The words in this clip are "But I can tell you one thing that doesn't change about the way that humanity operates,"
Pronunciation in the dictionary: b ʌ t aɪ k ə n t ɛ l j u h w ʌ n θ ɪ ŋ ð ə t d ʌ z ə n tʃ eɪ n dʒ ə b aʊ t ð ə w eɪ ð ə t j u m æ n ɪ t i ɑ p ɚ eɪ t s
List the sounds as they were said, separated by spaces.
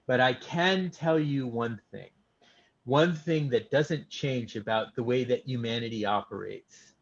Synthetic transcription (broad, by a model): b ʌ t aɪ k ə n t ɛ l j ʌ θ w ʌ n θ ɪ ŋ ð ə t d ʌ z ə n tʃ eɪ n dʒ ə b aʊ t ð ə w eɪ ð ə t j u m æ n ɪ t i ɑ p ɚ eɪ t s